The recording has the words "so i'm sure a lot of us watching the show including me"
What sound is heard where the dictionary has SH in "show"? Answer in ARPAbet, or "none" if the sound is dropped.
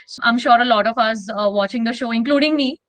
SH